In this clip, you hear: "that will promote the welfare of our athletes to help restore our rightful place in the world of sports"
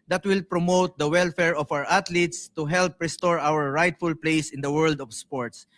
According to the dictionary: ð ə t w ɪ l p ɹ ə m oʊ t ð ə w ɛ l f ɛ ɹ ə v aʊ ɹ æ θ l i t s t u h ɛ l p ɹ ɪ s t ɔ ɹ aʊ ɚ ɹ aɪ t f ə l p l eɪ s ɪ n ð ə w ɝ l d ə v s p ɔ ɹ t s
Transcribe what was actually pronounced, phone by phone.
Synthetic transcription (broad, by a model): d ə t w ɪ l p ɹ ə m oʊ t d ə w ɛ l f ɛ ɹ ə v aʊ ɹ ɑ t l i t s t u h ɛ l p ɹ ɪ s t ɔ ɹ aʊ ɚ ɹ aɪ t f ə l p l eɪ s ɪ n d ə w ɝ l d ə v s p ɔ ɹ t s